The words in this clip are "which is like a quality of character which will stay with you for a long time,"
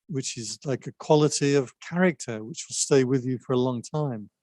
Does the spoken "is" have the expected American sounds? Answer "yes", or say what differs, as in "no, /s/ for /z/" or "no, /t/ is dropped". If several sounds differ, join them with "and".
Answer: yes